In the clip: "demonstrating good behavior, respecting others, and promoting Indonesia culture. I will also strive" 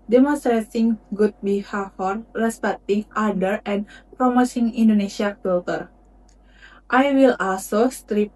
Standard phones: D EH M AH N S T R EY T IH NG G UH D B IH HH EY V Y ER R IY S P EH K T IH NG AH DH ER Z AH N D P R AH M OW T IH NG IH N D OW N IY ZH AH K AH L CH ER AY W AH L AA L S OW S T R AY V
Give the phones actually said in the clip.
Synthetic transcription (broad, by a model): D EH M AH N S T R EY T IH NG G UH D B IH HH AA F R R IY S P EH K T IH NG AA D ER AH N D P R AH M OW S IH NG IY N D OW N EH SH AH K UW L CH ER AY W AH L AA L S OW S T R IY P